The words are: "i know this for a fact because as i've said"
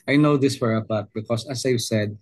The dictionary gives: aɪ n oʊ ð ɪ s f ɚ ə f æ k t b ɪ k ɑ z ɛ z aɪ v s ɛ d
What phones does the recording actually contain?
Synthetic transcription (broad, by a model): aɪ n oʊ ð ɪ s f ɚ ə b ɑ t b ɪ k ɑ s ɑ s aɪ v s ɛ d